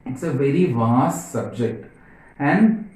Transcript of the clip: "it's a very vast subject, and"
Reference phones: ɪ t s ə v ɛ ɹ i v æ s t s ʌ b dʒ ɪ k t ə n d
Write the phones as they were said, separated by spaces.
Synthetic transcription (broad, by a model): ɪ t s ə v ɛ ɹ i v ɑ s t s ʌ b dʒ ɪ k t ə n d